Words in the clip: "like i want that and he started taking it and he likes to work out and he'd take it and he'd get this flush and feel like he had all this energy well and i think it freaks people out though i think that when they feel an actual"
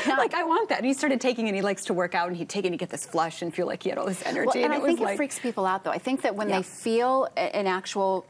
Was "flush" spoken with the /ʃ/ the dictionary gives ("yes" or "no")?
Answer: yes